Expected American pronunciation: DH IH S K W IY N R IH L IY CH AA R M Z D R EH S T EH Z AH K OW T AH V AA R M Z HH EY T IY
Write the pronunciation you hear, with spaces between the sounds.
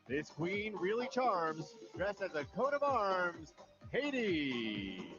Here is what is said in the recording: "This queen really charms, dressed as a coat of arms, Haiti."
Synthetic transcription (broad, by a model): DH IH S K W IY N R IH L IY CH AA R M Z D R EH S T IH Z AH K OW T AH V AA R M Z HH EY T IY